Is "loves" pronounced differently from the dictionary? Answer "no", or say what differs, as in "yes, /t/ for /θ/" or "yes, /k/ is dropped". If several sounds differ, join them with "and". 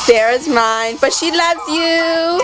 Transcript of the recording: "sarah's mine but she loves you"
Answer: no